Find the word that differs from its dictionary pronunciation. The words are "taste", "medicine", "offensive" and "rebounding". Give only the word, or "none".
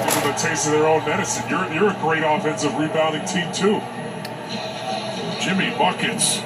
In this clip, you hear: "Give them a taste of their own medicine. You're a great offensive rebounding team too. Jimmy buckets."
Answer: rebounding